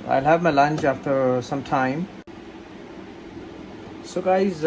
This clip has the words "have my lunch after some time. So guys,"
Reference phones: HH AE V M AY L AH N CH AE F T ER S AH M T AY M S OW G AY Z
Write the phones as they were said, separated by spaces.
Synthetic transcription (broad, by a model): HH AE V M AY L AH N CH AE F T ER S AH M T AY M S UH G AY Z